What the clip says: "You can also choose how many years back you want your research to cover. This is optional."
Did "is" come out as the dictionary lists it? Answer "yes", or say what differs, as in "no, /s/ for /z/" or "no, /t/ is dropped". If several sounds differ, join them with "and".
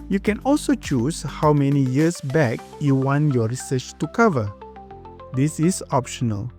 no, /s/ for /z/